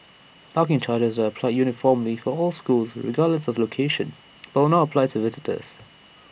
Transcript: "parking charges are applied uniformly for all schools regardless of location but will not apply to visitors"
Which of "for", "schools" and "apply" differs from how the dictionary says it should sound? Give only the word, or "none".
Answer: none